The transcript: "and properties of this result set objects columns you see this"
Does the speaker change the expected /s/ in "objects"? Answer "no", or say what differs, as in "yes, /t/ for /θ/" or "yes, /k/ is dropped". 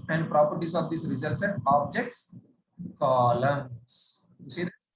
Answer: no